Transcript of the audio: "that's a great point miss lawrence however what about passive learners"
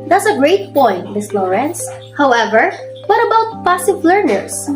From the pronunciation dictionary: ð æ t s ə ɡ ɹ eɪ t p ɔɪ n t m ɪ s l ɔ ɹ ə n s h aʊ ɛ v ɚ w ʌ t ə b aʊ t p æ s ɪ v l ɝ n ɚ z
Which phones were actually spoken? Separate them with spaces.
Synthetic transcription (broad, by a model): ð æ t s ə ɡ ɹ eɪ t p ɔɪ n t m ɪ s l ɔ ɹ ə n s h aʊ ɛ v ɚ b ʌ t ə b aʊ t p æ s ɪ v l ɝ n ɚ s